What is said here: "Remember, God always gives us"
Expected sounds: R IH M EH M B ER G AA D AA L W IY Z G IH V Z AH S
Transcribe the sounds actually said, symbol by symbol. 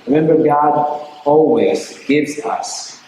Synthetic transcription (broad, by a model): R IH M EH M B ER G AA D AA L W IY Z G IH V Z AH S